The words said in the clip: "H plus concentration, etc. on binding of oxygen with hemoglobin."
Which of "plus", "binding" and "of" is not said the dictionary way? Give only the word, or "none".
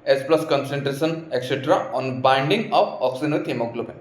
of